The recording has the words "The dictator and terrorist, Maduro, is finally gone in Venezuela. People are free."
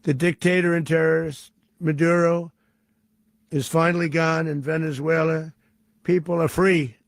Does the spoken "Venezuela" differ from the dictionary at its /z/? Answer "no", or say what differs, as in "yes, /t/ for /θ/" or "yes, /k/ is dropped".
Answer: no